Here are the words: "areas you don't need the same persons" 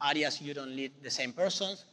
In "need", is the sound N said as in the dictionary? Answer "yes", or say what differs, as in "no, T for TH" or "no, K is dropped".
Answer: no, L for N